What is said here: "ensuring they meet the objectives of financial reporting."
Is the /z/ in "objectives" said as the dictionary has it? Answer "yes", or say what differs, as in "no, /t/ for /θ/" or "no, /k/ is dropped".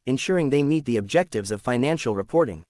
yes